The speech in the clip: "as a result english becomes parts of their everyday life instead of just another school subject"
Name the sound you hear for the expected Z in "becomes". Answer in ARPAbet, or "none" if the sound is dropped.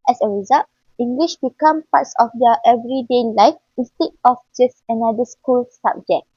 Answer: none